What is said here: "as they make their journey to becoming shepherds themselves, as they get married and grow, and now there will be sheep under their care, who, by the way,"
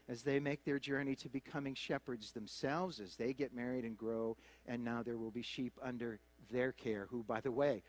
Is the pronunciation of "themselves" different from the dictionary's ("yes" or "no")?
no